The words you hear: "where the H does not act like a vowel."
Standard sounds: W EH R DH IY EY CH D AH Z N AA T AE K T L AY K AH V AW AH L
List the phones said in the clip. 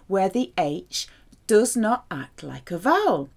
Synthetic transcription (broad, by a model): W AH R DH IY EY CH D AH Z N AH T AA K T L AY K AH V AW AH L